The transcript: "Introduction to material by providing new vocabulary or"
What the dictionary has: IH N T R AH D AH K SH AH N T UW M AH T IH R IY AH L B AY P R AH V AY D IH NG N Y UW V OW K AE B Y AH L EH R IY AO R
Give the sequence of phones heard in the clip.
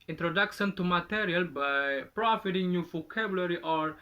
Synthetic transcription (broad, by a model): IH N T R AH D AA K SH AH N T UW M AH T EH R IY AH L B AY P R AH F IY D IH NG N Y UW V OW K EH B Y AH L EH R IY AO R